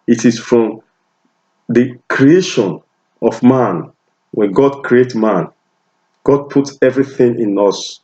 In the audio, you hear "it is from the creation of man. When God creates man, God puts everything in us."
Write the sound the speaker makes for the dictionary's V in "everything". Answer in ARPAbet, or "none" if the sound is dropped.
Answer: V